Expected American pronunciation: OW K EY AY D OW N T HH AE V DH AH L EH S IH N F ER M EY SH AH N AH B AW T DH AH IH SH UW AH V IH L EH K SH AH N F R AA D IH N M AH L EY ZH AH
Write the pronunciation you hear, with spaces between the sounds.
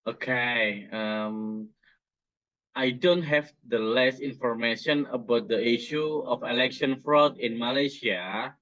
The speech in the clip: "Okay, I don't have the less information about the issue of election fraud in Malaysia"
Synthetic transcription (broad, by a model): OW K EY AY D OW N T HH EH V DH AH L EH S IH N F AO M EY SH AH N AH B AW T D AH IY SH UW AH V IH L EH K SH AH N F R AA D IH N M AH L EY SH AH